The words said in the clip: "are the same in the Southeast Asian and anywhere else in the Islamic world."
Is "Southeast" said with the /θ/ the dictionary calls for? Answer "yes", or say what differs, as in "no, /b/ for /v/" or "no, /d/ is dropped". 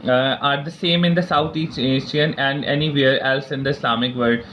no, /t/ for /θ/